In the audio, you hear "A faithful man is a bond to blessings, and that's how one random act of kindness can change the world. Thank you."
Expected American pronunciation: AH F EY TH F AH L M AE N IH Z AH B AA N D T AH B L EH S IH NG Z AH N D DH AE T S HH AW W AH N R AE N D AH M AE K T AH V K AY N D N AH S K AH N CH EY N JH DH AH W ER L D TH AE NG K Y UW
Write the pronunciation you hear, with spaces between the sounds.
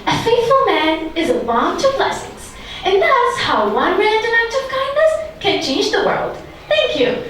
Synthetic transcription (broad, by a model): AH F EY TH F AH L M AE N IH Z AH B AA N T AH B L EH S IH NG Z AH N DH AE T S HH AW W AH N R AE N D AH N AE K T AH V K AY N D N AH S K AH N CH EY N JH DH AH W ER L D TH AE NG K Y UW